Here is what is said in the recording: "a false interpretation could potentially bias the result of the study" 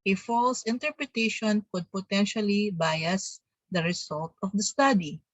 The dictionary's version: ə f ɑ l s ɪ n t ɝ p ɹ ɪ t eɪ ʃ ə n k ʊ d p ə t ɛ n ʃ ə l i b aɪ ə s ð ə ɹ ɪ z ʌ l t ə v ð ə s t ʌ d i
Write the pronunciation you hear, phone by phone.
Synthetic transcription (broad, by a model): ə f ɑ l s ɪ n t ɝ p ɹ ɪ t eɪ ʃ ə n k ʊ d p ə t ɛ n ʃ ə l i b aɪ ə s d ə ɹ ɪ s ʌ l t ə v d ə s t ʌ d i